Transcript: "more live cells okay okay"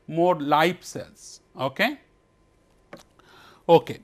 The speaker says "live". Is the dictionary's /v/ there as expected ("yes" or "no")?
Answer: no